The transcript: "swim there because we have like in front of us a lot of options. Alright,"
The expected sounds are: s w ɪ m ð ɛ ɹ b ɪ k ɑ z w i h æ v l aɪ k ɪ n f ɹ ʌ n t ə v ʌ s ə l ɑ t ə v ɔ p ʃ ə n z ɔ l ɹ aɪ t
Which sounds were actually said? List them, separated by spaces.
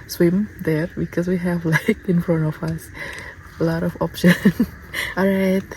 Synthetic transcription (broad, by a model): s w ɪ m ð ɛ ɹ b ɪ k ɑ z w i h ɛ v l aɪ k ɪ n f ɹ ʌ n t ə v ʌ s ə l ɑ t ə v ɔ p ʃ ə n ɔ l ɹ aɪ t